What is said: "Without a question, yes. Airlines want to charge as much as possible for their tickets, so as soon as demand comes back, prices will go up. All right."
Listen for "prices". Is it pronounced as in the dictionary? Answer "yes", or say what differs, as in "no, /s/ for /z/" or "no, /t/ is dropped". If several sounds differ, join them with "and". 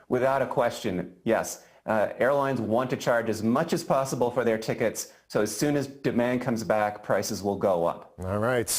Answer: yes